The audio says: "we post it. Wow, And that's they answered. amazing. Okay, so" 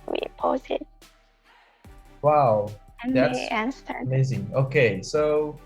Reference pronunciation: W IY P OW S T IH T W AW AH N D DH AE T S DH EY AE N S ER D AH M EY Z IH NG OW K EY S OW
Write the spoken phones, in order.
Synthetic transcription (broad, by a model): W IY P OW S IH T W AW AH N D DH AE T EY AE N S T AH M EY Z IH NG OW K EY S OW